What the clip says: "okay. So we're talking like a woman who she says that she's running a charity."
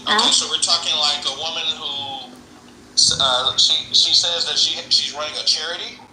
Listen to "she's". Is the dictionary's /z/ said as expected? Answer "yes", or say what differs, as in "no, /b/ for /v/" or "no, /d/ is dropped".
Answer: yes